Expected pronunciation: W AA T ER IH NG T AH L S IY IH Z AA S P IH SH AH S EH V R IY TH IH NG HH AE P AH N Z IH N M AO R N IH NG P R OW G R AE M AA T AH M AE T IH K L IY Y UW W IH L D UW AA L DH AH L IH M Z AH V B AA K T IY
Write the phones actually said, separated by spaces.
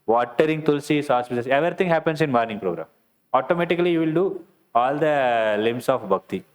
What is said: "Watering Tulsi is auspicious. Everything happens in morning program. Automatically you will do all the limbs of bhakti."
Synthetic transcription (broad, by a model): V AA T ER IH NG T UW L S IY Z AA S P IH S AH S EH V R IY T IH NG HH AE P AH N S IH N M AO R N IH NG P R OW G R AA M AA T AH M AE T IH K L IY Y UW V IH L D UW AA L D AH L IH M S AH F B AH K T IY